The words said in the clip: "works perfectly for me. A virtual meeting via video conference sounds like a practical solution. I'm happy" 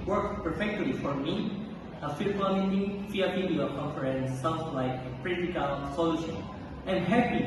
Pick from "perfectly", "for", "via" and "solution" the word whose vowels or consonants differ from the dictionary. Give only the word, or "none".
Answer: via